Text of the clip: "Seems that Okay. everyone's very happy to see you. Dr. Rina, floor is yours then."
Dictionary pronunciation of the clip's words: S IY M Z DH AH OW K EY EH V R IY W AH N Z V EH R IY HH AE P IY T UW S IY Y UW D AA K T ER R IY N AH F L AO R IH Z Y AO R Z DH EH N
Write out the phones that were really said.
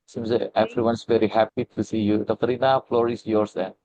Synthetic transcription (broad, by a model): S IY M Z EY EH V R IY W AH N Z V EH R IY HH AE P IY T UW S IY Y UW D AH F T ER R IY N AH F L AO R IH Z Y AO R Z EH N